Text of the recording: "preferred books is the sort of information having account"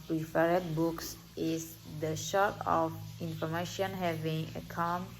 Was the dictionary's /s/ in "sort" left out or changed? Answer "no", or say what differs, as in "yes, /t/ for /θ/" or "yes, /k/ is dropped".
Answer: yes, /ʃ/ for /s/